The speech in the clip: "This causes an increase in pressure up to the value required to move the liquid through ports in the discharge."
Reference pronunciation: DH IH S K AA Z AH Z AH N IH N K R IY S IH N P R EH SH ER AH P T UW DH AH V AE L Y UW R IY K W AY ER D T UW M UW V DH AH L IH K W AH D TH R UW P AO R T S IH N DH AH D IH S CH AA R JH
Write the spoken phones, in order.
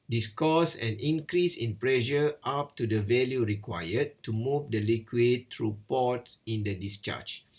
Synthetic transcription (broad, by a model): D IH S K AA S AH N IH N K R IY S IH N P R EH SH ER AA P T UW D AH V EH L Y UW R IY K W AY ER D T UW M UW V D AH L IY K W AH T R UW P AO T IH N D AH D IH S CH AA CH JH